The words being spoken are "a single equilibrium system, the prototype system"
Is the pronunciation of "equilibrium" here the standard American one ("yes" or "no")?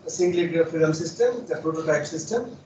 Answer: no